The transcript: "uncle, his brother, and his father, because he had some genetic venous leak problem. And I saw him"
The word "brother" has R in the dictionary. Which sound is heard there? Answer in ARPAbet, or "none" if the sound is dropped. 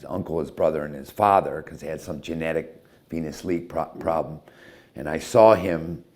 R